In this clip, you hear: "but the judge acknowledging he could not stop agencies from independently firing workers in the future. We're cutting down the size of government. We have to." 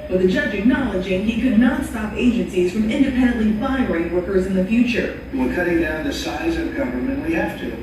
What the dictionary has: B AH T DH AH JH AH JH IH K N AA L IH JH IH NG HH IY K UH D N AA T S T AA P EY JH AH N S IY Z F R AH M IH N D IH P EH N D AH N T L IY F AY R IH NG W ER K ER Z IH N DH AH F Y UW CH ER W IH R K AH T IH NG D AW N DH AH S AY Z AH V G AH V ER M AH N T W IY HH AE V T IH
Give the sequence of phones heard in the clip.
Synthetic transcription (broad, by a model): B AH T DH AH JH AH JH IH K N AA L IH JH IH NG HH IY K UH D N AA T S T AA P EY JH AH N S IY Z F R AH M IH N D IH P EH N D AH N T L IY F AY R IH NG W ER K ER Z IH N DH AH F Y UW CH ER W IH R K AH T IH NG D AW N DH AH S AY Z AH V G AH V ER M AH N T W IY HH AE F T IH